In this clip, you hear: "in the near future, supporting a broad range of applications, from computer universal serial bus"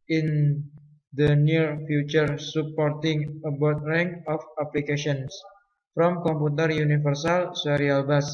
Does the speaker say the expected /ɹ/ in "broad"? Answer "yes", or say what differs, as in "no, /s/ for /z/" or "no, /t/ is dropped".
no, /ɹ/ is dropped